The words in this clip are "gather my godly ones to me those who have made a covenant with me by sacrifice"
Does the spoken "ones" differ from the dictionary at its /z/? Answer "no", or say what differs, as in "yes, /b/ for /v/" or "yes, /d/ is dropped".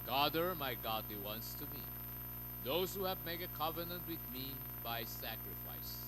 yes, /s/ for /z/